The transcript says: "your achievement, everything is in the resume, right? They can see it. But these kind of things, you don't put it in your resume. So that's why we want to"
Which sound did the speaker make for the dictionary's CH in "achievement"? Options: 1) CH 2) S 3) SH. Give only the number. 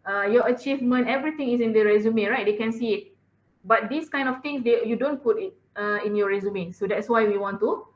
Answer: 1